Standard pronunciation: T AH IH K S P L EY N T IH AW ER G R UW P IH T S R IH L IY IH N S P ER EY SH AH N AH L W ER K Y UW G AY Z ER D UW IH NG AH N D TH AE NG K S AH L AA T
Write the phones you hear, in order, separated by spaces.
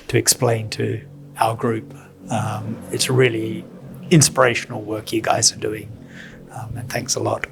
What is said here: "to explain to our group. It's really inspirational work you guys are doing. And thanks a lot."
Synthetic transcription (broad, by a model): T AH IH K S P L EY N T IH AW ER G R UW P IH T S R IH L IY IH N S P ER EY SH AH N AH L W ER K Y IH G AY Z ER D UW IH NG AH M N TH AE NG K S AH L AA T